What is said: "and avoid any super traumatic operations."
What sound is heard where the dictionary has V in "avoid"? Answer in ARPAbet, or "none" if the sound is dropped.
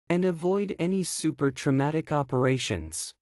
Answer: V